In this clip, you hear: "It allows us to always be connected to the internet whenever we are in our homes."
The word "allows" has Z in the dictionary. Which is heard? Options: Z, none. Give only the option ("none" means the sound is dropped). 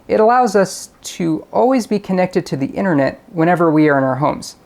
Z